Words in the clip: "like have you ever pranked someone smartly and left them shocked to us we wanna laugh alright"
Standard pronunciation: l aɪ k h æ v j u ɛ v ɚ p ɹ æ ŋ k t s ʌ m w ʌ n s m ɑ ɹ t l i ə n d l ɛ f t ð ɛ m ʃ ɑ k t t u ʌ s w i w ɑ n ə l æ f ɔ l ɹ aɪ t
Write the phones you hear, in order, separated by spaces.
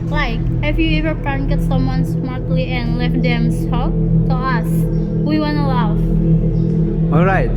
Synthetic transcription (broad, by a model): l aɪ k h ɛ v j u ɛ v ɚ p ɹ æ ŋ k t s ʌ m w ʌ n s m ɑ ɹ t l i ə n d l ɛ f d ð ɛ m s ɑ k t t u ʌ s w i w ɑ n ə l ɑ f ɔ l ɹ aɪ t